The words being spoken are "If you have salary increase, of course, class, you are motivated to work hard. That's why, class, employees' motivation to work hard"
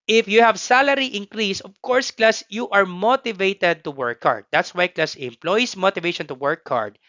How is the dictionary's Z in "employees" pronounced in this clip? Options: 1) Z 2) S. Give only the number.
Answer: 2